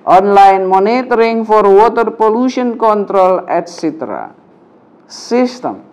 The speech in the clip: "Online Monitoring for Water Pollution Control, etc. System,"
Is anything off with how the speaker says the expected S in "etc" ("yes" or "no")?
no